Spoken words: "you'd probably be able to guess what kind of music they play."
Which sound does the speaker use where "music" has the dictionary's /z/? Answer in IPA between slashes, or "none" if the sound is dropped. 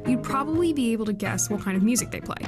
/z/